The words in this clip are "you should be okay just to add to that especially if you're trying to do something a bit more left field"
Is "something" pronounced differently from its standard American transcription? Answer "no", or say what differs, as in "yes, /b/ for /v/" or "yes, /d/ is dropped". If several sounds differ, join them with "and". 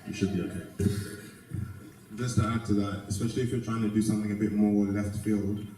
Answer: no